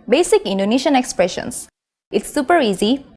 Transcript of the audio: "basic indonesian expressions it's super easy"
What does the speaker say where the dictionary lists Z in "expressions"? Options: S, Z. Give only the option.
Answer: S